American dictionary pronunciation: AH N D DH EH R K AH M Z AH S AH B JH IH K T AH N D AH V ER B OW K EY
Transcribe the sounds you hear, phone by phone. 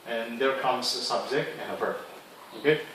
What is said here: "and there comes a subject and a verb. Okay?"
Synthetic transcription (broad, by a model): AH N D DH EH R K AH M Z AH S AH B Z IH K AH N AH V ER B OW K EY